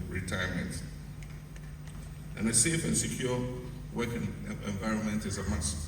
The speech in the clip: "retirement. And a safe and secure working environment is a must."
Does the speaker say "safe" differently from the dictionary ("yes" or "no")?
no